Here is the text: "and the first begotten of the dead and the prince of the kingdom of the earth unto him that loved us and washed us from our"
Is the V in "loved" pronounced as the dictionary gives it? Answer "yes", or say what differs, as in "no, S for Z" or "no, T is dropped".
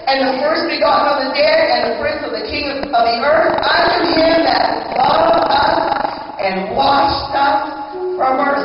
no, V is dropped